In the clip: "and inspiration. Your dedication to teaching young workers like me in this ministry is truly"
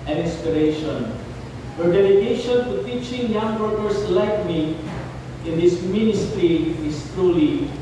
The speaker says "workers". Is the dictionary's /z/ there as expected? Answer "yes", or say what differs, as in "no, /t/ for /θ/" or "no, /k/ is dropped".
no, /s/ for /z/